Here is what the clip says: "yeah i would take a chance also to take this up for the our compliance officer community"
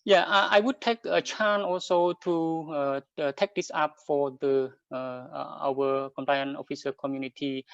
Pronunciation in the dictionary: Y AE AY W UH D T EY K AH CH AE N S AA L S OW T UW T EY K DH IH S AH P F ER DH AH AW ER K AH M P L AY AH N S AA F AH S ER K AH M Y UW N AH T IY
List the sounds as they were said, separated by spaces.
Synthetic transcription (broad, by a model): Y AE AY W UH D T EY K AH CH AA N AA L S OW T UW T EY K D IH S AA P F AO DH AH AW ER K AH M P L AY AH N AA F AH S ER K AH M Y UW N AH T IY